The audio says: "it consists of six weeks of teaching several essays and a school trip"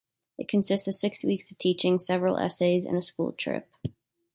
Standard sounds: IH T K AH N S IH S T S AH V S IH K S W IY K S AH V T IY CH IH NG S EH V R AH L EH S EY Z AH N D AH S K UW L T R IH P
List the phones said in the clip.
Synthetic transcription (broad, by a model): IH T K AH N S IH S T S AH V S IH K S W IY K S AH V T IY CH IH NG S EH V R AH L EH S EY Z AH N AH S K UW L T R IH P